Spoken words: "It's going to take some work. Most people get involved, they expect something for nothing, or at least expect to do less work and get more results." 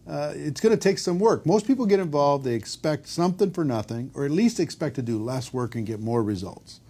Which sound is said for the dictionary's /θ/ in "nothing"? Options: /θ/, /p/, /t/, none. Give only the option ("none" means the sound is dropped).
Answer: /θ/